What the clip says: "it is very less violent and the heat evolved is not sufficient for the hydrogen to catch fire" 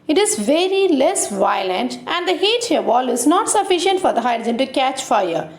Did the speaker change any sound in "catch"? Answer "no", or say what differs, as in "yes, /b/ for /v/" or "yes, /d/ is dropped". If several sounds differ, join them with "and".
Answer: no